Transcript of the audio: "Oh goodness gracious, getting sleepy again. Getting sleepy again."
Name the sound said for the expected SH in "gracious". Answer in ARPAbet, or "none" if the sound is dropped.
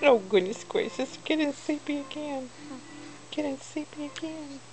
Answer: S